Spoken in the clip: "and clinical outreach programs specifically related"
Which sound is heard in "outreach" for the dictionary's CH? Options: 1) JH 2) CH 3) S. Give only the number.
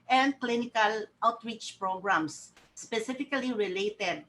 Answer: 2